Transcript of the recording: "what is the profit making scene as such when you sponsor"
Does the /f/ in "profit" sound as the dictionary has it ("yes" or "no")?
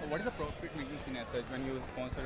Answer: no